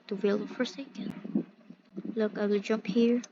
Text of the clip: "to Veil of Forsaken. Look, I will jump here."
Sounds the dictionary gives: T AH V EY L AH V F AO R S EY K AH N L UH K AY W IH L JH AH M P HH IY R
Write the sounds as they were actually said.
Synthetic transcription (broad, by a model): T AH W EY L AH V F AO R S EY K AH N L UH K AY W IH L JH AH M P HH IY R